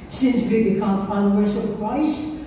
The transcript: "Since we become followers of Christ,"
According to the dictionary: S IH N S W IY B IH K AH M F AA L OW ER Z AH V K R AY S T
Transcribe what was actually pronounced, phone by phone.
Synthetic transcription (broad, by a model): S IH N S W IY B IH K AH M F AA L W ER S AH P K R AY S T